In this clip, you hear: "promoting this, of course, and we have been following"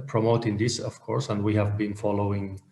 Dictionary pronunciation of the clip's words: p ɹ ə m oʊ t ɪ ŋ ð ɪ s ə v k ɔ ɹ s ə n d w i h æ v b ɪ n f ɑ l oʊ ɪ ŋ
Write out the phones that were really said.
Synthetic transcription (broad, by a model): p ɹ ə m oʊ t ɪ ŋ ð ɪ s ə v k ɔ ɹ s ə n d w i h æ v b ɪ n f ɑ l oʊ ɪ ŋ